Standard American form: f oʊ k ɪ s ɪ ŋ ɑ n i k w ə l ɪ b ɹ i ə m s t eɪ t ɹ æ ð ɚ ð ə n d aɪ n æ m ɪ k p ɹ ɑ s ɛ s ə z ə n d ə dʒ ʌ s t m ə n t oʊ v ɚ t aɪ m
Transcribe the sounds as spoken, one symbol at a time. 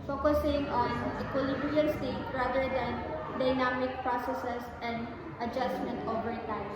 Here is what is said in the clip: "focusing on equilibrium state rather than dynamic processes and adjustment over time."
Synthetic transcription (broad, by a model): f oʊ k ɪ s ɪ ŋ ɑ n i k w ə l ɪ b ɹ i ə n s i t ɹ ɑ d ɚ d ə n d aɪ n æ m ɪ k p ɹ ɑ s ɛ s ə s ə n d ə dʒ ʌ s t m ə n t oʊ v ɚ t aɪ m